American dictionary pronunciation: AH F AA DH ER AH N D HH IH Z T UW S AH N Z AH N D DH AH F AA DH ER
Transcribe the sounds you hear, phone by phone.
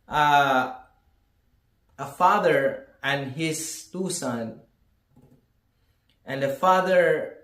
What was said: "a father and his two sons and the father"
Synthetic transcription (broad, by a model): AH F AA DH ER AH N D HH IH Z T UW S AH N AH N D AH F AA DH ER